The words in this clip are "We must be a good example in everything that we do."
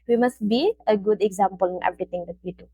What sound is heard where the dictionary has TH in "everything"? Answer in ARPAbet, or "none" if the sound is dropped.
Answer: T